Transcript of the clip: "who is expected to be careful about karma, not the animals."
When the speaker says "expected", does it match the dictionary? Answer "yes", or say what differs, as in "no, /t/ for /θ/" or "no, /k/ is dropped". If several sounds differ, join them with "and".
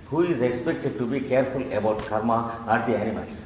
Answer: yes